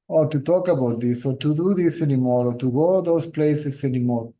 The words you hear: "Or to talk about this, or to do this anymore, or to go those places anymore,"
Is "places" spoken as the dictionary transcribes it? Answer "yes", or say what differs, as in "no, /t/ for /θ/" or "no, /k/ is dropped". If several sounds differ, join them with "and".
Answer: no, /s/ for /z/